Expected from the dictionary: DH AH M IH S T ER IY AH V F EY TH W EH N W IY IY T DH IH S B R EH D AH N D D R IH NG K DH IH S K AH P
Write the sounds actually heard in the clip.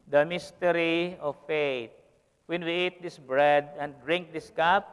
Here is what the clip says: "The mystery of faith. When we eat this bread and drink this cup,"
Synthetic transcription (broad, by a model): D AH M IH S T ER IY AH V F EY T W EH N W IY IY T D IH S B R EH D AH N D D R IH NG K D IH S K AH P